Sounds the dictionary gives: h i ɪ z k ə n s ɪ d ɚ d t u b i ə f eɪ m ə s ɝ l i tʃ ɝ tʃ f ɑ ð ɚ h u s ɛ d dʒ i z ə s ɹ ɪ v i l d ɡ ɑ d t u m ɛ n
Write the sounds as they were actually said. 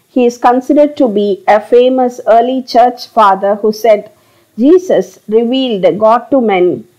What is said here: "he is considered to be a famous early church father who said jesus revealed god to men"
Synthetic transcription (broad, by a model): h i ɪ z k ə n s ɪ d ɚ d t u b i ə f eɪ m ə s ɝ l i tʃ ɝ tʃ f ɑ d ɚ h u s ɛ d dʒ i s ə s ɹ ɪ v i l d ɡ ɑ d t u m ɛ n